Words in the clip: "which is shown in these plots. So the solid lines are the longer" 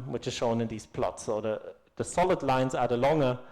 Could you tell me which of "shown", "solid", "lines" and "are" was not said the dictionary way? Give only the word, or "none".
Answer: none